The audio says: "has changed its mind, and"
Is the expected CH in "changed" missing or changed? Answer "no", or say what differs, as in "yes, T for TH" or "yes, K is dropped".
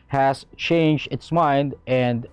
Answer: no